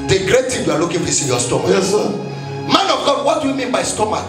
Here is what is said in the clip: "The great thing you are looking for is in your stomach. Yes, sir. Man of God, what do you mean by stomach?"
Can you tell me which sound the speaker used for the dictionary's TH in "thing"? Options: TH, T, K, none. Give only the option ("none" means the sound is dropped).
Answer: T